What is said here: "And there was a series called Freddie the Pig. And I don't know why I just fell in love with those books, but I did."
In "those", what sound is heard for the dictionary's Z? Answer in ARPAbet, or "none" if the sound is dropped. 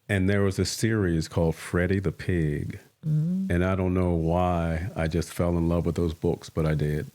Z